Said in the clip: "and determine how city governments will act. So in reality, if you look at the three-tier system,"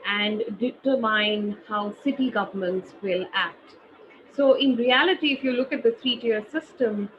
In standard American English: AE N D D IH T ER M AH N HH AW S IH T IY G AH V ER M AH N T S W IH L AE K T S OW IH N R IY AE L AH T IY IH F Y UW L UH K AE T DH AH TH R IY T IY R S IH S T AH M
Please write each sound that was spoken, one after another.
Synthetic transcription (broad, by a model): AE N D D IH T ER M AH N HH AW S IH T IY G AH V ER M AH N T S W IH L AE K T S OW IH N R IY AE L AH T IY IH F Y UW L UH K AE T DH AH T R IY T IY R S IH S T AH M